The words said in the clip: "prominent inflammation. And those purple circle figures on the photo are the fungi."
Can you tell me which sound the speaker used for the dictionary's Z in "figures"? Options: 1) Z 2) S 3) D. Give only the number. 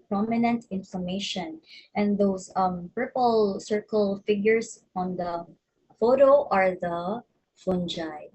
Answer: 2